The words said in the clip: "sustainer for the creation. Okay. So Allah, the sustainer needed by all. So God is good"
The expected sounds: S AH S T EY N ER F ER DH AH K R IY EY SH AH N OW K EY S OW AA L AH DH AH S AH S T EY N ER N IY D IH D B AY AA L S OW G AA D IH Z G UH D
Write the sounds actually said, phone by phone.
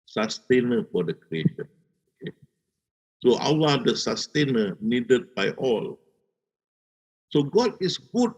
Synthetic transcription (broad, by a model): S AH S T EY N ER F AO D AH K R IY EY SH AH N OW K EY S OW AA W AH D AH S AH S T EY N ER N IY D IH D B AY AA L S OW G AA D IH S G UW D